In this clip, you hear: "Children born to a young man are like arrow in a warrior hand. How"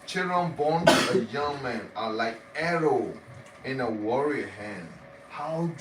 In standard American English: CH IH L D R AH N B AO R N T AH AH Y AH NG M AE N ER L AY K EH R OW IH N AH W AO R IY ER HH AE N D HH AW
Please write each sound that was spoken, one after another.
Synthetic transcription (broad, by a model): CH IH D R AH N B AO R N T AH AH Y AH NG M AE N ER L AY K EH R OW IH N AH W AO R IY HH AE N D HH AW